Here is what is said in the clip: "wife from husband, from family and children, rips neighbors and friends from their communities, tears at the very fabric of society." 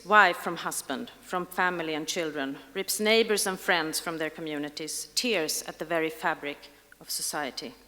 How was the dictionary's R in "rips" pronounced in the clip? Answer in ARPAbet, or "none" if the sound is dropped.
R